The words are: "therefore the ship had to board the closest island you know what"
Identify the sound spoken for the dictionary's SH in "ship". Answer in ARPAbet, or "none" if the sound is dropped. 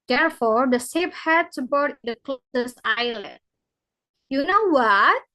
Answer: S